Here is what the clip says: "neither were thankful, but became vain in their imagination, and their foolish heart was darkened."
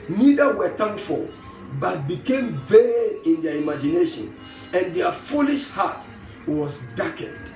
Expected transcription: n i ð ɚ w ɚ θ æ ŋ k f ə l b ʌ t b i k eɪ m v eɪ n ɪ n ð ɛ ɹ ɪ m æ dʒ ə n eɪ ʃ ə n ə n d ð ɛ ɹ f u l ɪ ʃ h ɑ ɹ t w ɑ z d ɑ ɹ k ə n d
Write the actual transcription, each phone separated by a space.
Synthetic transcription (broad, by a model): n i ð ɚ w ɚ t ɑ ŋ f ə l b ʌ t b i k eɪ m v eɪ ɪ n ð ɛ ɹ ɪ m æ dʒ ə n eɪ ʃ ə n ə n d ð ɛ f u l ɪ ʃ h ɑ t w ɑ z d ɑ k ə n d